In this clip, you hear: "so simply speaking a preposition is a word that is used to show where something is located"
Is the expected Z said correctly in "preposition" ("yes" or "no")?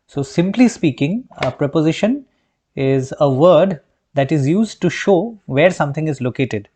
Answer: yes